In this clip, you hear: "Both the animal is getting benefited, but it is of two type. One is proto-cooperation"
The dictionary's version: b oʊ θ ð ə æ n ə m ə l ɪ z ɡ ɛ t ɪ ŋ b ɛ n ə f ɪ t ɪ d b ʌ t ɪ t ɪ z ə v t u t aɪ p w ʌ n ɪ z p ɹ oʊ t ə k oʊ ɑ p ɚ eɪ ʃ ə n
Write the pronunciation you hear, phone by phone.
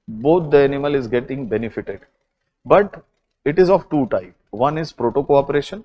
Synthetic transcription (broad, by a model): b oʊ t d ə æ n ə m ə l ɪ z ɡ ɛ t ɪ ŋ b ɛ n ə f ɪ t ɪ d b ʌ t ɪ t ɪ z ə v t u t aɪ p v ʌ n ɪ z p ɹ oʊ t ə k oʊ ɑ p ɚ eɪ ʃ ə n